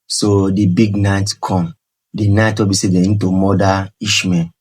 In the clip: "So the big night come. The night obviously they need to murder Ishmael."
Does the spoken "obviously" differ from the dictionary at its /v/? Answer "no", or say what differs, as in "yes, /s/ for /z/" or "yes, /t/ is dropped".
yes, /v/ is dropped